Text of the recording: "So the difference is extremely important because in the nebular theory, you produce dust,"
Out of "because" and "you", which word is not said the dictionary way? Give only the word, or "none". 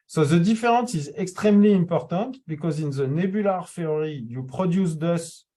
none